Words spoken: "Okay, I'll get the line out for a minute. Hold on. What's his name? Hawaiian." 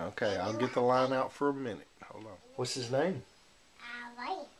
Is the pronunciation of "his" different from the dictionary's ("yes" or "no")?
no